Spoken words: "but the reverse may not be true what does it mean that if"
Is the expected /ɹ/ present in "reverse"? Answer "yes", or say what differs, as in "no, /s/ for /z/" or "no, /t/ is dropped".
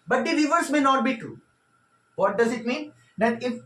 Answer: no, /l/ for /ɹ/